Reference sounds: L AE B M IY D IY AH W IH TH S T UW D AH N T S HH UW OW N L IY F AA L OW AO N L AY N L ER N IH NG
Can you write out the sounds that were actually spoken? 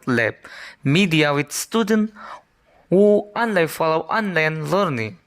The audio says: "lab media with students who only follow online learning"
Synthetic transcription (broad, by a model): L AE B M IY D IY AH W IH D S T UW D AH N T HH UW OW N L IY F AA L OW AO N L AY N L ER N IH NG